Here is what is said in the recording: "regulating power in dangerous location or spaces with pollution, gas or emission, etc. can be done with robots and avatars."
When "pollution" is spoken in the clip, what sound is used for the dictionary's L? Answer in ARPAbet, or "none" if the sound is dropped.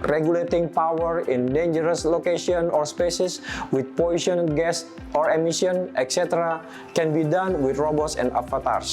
none